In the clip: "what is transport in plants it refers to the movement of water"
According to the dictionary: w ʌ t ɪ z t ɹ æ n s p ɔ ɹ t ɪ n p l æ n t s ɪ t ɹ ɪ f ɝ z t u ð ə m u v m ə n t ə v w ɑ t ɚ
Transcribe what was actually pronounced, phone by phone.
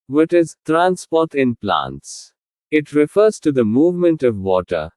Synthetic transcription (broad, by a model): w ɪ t ɪ z t ɹ æ n s p ɔ ɹ t ɪ n p l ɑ n t s ɪ t ɹ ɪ f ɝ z t u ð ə m u v m ə n t ə v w ɑ t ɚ